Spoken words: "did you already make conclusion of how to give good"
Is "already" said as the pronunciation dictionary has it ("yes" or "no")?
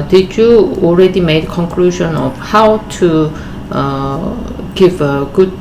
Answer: yes